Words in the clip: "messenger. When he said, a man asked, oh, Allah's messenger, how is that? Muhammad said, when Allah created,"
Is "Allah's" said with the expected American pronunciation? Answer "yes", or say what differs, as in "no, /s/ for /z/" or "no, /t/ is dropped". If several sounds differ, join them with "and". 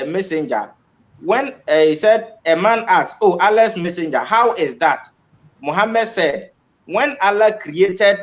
no, /s/ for /z/